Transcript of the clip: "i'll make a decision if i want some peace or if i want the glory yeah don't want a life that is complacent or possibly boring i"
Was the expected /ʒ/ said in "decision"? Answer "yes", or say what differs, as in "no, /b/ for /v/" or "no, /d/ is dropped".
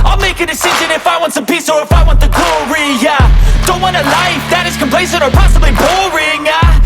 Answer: yes